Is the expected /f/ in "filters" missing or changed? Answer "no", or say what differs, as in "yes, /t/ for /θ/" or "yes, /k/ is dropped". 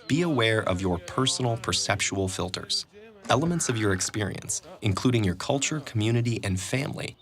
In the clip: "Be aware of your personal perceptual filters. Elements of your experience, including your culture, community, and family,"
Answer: no